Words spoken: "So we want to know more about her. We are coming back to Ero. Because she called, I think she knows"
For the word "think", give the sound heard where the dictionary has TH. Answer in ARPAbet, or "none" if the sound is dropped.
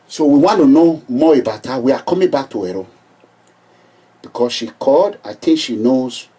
T